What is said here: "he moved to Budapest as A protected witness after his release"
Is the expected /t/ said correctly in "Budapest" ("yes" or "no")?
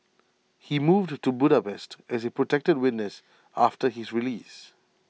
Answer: yes